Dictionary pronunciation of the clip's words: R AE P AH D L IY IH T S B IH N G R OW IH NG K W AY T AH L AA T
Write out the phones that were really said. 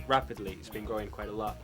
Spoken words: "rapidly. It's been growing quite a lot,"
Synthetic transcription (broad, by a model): R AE P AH D L IY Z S B IH N G OW IH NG K W AY T AH L AA T